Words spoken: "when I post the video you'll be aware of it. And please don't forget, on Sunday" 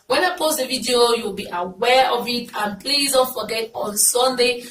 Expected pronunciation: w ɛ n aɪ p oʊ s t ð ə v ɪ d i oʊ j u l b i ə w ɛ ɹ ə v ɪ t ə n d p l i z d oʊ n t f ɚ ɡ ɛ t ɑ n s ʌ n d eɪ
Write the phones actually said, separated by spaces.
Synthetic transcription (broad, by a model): w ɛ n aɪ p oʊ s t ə v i d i oʊ j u w b i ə w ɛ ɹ ə v ɪ t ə n p l i z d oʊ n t f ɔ ɡ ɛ t ɑ n s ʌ n d eɪ